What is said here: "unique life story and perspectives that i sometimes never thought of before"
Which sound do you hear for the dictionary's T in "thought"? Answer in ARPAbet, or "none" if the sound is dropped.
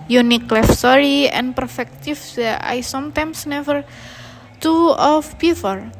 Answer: none